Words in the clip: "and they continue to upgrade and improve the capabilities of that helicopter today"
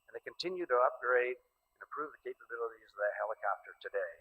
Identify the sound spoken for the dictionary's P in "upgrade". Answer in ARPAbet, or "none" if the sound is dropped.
P